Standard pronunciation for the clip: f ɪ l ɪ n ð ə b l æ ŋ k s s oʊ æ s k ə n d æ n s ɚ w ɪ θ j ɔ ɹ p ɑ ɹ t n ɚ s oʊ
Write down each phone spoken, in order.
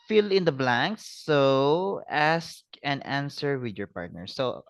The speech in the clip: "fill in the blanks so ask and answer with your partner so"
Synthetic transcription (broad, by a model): f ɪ l ɪ n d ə b l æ ŋ k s s oʊ æ s k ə n æ n s ɚ w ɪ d j ɔ ɹ p ɑ ɹ t n ɚ s oʊ